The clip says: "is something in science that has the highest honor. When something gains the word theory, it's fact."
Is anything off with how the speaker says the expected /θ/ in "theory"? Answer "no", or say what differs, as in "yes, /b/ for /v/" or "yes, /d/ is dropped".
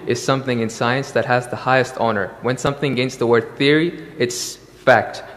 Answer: no